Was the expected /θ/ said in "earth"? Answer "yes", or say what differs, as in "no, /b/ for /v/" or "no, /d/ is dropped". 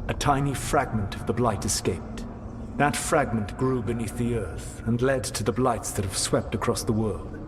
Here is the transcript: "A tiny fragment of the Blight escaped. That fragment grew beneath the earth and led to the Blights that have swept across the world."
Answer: yes